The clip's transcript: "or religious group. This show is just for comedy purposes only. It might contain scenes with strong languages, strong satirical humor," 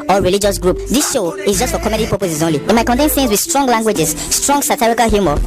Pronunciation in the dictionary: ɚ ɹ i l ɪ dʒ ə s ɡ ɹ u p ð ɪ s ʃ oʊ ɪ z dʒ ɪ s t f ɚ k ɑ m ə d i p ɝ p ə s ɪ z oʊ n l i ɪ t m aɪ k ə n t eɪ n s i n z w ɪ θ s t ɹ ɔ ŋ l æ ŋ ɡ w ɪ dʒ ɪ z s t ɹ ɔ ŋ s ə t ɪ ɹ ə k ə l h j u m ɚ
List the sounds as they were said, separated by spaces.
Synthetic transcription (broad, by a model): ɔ ɹ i l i dʒ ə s ɡ ɹ u p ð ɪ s ʃ oʊ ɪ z dʒ ɪ s t f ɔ k ɑ m ə d i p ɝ p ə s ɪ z oʊ n l i ɪ t m aɪ k ə n t eɪ n θ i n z w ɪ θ s t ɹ ɔ ŋ l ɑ ŋ ɡ w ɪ dʒ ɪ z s t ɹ ɔ ŋ s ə t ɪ ɹ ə k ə l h j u m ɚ